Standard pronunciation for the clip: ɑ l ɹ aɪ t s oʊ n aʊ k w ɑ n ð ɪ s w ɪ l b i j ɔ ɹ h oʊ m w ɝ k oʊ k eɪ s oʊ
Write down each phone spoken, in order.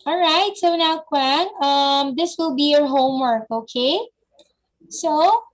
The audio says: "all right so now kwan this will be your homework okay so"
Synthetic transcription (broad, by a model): ɑ l ɹ aɪ t s oʊ n aʊ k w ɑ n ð ɪ s w ɪ l b i j ɔ ɹ h oʊ m w ɝ k oʊ k eɪ s oʊ